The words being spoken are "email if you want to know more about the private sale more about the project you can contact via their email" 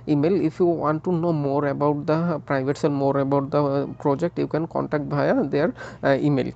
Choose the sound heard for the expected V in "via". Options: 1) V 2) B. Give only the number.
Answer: 2